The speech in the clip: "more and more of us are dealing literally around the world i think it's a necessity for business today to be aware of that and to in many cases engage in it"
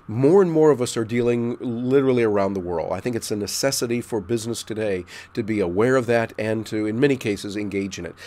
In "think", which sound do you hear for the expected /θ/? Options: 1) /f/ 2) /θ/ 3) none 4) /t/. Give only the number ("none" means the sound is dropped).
2